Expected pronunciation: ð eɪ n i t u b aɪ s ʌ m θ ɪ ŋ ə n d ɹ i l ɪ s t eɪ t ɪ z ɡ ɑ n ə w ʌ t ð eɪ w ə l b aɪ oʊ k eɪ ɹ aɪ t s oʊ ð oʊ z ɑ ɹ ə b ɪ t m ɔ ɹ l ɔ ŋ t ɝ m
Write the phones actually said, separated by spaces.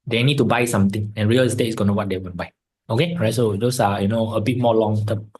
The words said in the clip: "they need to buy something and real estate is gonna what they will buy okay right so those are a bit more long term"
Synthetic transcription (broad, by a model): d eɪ n i t u b aɪ s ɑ m t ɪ ŋ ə n ɹ i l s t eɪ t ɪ s ɡ ɑ n ə w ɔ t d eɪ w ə n b aɪ oʊ k eɪ ɹ aɪ t s oʊ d oʊ s ɑ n ə b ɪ t m ɔ l ɔ ŋ t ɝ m